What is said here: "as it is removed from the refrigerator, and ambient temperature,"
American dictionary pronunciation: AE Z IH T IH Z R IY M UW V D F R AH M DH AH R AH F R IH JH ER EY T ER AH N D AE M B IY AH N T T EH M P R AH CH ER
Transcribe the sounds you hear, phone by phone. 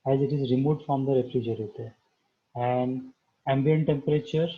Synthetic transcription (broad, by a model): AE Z IH T IH Z R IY M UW D F R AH M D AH R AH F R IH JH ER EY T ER AH N D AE M B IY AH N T T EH M P R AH CH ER